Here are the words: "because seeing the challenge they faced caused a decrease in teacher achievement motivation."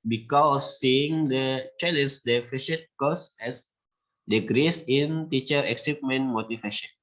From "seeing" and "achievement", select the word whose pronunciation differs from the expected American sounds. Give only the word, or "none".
achievement